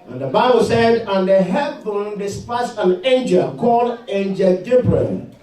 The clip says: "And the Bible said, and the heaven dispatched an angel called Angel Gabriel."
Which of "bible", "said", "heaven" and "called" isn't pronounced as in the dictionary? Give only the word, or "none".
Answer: heaven